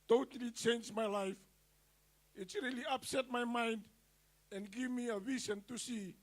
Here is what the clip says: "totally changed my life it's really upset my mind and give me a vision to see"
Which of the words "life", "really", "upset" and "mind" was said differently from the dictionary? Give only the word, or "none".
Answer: none